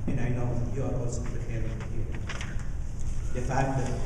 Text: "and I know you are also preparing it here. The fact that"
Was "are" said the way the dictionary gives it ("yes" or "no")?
no